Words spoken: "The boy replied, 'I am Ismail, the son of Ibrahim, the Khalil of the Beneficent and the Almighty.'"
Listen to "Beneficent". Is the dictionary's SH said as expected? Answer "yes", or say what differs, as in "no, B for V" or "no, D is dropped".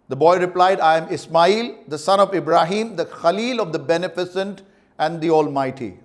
no, S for SH